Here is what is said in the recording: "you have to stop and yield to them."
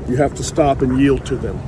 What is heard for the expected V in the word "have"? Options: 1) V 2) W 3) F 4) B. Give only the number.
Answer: 3